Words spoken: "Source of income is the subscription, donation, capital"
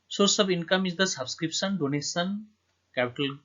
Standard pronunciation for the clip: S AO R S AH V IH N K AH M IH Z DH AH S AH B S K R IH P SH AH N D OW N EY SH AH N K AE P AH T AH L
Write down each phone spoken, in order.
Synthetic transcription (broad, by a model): S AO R S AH B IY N K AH M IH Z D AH S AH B S K R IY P S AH N D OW N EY S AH N K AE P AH T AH L